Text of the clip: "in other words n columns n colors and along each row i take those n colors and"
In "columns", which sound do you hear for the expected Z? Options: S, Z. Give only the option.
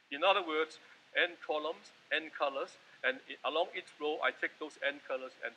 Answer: S